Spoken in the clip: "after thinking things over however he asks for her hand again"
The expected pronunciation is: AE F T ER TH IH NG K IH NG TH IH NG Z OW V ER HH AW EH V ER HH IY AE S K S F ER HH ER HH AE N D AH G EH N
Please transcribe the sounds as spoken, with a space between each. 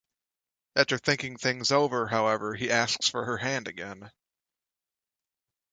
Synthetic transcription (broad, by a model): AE T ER TH IH NG K IH NG TH IH NG Z OW V ER HH AW EH V ER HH IY AE S K S F ER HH ER HH AE N D AH G EH N